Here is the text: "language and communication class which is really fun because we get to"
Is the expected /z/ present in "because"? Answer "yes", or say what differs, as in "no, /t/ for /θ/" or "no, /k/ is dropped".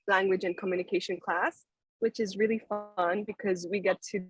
yes